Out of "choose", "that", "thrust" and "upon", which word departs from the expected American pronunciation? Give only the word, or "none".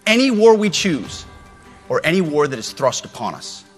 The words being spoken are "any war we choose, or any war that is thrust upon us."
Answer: none